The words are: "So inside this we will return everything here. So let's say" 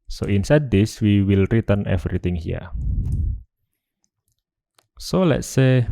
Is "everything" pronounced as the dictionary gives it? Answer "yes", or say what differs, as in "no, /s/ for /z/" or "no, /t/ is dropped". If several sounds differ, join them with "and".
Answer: no, /t/ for /θ/